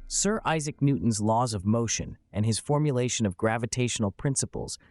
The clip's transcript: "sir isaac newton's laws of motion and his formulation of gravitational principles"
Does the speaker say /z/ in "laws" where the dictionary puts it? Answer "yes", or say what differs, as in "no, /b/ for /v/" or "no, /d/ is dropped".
yes